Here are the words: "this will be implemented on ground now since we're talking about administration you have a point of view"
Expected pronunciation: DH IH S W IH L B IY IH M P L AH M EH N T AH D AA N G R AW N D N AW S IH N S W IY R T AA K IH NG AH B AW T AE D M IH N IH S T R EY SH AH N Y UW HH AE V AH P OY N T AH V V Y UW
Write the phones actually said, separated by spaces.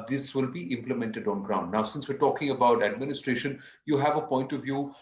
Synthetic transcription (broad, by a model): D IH S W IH L B IY IH M P L AH M EH N T AH D AA N G R AW N D N AW S IH N S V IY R T AA K IH NG AH B AW T AE D M IH N IH S T R EY SH AH N Y UW HH AE V AH P OY N T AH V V Y UW